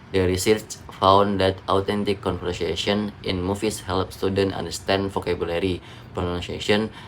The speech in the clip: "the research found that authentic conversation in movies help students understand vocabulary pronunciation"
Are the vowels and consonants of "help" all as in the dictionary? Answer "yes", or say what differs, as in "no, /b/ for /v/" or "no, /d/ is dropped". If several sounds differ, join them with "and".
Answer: yes